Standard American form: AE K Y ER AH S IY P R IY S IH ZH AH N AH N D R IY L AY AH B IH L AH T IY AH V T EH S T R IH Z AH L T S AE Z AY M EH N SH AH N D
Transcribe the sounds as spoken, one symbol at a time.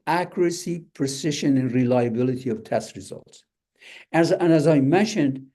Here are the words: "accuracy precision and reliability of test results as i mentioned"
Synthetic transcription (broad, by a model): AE K Y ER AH S IY P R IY S IH SH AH N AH N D R IY L AY AH B IH L AH T IY AH V T EH S T R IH Z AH L T S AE Z AY M EH N SH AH N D